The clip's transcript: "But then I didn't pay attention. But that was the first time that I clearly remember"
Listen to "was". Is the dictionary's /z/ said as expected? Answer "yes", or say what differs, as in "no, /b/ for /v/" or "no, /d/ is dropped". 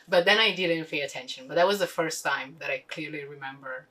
yes